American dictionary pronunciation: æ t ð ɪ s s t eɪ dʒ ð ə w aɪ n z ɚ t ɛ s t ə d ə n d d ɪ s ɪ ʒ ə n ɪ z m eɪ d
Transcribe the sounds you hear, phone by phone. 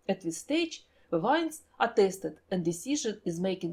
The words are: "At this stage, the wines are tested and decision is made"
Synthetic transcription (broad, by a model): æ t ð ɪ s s t eɪ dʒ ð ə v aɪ n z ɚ t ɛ s t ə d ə n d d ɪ s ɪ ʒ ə n ɪ z m eɪ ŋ